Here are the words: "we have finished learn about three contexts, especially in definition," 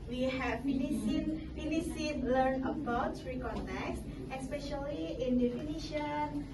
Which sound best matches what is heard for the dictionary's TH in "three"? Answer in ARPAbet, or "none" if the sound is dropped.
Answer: S